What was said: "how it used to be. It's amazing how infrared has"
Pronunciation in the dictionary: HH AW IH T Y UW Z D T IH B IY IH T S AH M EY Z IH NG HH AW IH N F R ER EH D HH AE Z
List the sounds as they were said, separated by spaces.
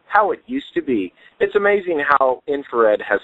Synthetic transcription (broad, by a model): HH AW IH T Y UW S T IH B IY IH T S AH M EY Z IH NG HH AW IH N F ER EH D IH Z